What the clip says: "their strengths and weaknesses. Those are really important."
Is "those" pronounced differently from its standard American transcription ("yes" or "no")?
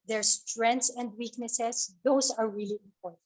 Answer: yes